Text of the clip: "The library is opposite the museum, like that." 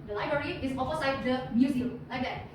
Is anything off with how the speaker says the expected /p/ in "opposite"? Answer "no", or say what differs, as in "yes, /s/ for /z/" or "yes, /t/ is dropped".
yes, /f/ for /p/